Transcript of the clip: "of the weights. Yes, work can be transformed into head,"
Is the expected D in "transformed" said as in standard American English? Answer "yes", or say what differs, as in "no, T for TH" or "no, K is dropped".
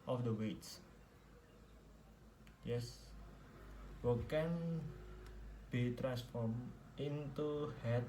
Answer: no, D is dropped